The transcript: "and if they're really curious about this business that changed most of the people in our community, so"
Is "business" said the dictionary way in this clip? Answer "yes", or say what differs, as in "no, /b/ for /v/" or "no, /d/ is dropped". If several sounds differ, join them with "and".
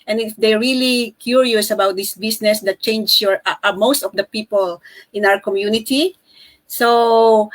no, /s/ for /z/